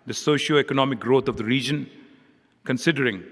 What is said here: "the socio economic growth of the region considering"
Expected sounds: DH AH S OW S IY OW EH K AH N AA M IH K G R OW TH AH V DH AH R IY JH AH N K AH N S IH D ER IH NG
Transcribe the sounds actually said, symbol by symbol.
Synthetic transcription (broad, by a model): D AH S OW SH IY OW EH K AH N AA M IH K G R OW T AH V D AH R IY JH AH N K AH N S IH D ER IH NG